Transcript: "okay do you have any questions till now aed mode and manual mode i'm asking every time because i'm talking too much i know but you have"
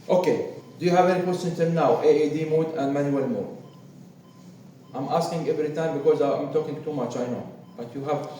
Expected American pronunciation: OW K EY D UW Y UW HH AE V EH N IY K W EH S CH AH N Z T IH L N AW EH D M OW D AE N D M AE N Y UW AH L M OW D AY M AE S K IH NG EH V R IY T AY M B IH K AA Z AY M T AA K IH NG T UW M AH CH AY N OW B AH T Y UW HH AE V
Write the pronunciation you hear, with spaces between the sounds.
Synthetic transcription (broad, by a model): OW K EY D UW Y UW HH AE V EH N IY K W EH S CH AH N T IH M N AW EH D M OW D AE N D M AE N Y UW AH L M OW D AY M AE S K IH NG EH V R IY T AY M B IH K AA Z AY M T AA K IH NG T UW M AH CH AY N OW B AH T Y UW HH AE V